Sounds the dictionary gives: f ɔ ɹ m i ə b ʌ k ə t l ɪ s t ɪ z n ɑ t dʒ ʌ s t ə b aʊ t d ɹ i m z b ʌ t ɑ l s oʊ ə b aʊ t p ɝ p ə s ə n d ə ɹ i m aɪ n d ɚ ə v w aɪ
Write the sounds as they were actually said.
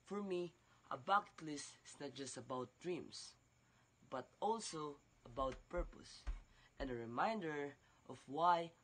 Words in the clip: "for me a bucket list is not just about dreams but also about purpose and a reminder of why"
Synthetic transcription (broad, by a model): f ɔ ɹ m i ə b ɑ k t l ɪ s t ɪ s n ɑ t dʒ ʌ s t ə b aʊ t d ɹ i m s b ʌ t ɑ l s oʊ ə b aʊ t p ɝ p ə s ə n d ə ɹ i m aɪ n d ɚ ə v w aɪ